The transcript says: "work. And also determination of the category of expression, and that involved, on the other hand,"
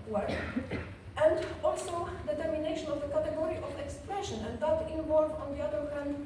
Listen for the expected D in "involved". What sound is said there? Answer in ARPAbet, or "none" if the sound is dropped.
none